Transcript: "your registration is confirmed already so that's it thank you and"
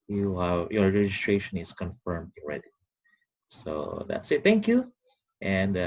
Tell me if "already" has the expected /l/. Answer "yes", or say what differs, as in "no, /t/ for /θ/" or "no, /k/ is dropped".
no, /n/ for /l/